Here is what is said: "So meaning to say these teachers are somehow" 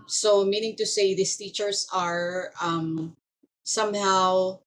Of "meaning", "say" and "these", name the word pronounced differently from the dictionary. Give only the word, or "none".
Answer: these